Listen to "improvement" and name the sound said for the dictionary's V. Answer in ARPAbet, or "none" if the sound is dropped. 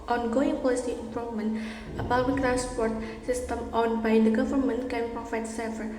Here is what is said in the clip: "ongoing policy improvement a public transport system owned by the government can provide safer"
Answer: none